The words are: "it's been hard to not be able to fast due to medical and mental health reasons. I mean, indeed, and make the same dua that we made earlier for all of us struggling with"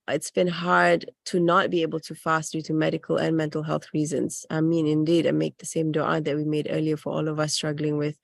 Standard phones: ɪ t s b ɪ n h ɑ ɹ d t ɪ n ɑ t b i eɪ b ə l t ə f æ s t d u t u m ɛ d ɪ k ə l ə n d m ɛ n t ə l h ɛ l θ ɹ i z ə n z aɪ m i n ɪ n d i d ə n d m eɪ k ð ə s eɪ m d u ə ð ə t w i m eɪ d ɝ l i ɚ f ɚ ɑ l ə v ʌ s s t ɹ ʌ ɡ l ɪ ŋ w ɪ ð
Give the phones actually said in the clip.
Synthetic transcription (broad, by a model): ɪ t s b ɪ n h ɑ ɹ d t ɪ n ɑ t b i eɪ b ə l t ə f æ s t d u t u m ɛ d ɪ k ə l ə n m ɛ n t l h ɛ l θ ɹ i z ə n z aɪ m i n ɪ n d i d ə m eɪ k ð ə s eɪ m d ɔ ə ð ə t w i m eɪ d ɝ l i ɚ f ɚ ɑ l ə v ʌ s s t ɹ ʌ ɡ l ɪ ŋ w ɪ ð